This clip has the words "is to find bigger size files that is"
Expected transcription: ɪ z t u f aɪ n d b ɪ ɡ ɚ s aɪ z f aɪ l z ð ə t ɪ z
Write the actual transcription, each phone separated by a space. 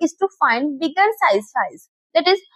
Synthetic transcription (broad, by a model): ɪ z t u f aɪ n d b ɪ ɡ ɚ s aɪ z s aɪ z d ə t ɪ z